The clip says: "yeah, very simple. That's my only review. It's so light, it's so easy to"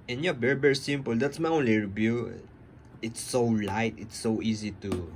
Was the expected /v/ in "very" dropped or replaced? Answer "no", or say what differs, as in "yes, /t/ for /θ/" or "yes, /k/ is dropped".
yes, /b/ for /v/